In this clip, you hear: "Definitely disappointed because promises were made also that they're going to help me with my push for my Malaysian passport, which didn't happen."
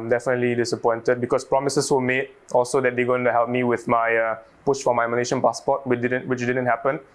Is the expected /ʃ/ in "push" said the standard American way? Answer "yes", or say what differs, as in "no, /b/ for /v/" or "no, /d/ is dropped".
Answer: no, /s/ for /ʃ/